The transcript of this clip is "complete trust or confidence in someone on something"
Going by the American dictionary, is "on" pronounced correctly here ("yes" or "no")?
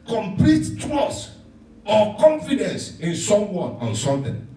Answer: yes